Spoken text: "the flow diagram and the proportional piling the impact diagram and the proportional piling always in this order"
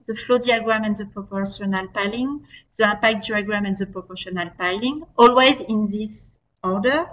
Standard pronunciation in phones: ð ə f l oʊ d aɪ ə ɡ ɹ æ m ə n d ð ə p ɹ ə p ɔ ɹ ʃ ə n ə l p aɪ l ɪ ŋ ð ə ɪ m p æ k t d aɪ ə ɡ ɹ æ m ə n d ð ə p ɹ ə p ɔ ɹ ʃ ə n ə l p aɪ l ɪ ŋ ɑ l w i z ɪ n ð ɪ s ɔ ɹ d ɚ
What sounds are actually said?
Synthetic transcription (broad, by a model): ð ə f l oʊ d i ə ɡ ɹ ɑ m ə n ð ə p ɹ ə p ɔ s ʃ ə n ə l p aɪ l ɪ ŋ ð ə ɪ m p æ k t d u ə ɡ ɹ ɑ m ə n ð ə p ɹ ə p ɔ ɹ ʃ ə n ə l p aɪ l ɪ ŋ ɑ l w i z ɪ n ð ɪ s ɔ ɹ d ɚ